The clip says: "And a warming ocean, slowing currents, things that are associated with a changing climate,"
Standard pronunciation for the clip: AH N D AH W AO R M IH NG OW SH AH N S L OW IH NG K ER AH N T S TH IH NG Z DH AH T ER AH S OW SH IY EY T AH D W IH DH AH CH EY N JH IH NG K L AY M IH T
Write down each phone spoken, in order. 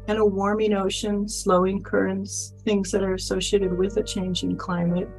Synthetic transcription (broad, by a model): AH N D AH W AO R M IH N OW SH AH N S L OW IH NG K ER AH N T S TH IH NG Z DH AH T ER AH S OW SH IY EY T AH D W IH DH AH CH EY N JH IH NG K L AY M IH T